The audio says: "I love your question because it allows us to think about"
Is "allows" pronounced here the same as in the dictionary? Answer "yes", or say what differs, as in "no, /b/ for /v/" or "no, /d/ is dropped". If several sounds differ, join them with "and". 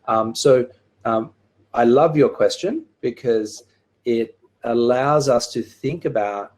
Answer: yes